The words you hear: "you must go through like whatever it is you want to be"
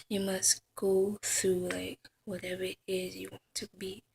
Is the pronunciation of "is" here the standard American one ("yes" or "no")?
yes